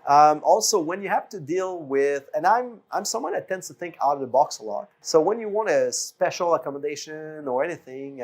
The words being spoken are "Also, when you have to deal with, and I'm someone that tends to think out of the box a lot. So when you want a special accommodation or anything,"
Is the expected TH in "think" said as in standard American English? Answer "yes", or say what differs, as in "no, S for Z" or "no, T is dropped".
yes